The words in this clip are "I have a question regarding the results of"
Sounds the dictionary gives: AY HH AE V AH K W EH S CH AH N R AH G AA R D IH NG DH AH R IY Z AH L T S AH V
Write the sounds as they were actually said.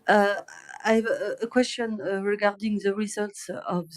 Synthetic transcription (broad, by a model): AY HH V AH K W EH S CH AH N R AH G AA R D IH NG DH AH R IY Z AH L T S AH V